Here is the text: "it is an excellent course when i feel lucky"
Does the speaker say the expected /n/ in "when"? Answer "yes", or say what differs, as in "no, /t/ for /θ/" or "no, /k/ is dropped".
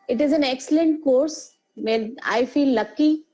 no, /n/ is dropped